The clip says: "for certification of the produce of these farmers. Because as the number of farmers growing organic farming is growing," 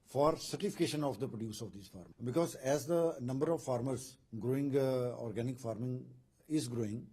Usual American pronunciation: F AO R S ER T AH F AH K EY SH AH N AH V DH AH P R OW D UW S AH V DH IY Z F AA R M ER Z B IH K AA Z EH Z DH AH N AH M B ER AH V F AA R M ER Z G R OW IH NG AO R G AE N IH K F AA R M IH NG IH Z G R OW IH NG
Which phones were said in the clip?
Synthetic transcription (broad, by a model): F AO R S ER T AH F AH K EY SH AH N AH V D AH P R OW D UW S AH V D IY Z F AA R M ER B IH K AA Z EH Z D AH N AH M B ER AH V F AA R M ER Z G R OW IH NG AO R G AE N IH K F AA R M IH NG IH Z G R OW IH NG